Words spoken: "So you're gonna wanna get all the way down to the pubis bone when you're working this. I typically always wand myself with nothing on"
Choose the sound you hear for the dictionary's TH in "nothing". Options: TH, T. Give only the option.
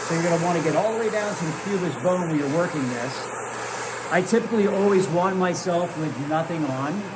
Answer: TH